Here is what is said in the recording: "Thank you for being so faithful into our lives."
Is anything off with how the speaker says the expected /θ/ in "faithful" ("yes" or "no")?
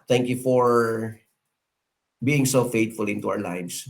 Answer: yes